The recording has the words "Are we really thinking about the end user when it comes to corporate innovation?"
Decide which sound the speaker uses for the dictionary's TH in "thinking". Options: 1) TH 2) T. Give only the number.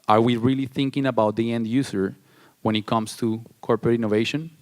1